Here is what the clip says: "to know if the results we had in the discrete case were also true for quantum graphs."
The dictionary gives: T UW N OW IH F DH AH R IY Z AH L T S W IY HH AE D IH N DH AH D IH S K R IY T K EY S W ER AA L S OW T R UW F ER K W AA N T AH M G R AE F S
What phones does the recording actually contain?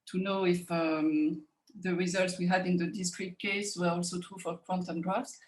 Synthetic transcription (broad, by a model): T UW N OW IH F DH AH R IY Z AH L T S W IY HH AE D IH N DH AH D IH S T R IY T K EY S W ER AA L S OW T R UW F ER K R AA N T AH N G R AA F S